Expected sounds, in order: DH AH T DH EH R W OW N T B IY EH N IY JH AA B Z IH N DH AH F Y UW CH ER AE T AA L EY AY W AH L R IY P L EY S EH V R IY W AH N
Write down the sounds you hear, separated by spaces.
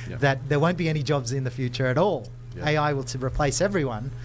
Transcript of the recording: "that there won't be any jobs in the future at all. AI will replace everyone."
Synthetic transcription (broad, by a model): DH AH T DH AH R W OW N B IY EH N IY JH AA B Z IH N DH AH F Y UW CH ER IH T AA L EY AY W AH L R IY P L EY S EH V R IY W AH N